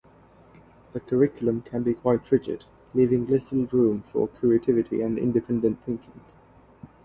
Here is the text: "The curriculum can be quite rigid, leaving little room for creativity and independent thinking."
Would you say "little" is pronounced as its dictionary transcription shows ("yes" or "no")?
no